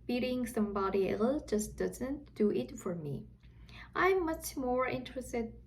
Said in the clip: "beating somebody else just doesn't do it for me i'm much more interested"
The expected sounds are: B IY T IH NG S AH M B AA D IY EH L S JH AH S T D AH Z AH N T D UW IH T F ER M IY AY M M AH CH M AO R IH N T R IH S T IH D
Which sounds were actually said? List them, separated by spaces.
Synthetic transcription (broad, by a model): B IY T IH NG S AH M B AA D IY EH L JH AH S D AH Z AH N T D UW IH T F ER M IY AY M M AH CH M AO R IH N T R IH S T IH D